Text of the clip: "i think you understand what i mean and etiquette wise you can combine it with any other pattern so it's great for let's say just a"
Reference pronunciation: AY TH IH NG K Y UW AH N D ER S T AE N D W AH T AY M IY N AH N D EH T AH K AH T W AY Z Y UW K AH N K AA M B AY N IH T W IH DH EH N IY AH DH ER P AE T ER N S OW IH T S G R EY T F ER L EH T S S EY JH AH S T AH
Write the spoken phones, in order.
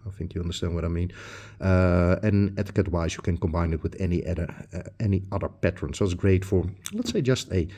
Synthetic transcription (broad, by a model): AY TH IH NG K Y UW AH N D ER S T AE N D W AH T AY M IY N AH N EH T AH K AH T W AY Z Y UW K AH N K AA M B AY N IH T W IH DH EH N IY AH DH ER P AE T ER N S OW IH T S G R EY T F ER L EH T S S EY JH AH S T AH